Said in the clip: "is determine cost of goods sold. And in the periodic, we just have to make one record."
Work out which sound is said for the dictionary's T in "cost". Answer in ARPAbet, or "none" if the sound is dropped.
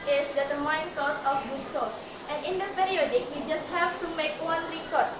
none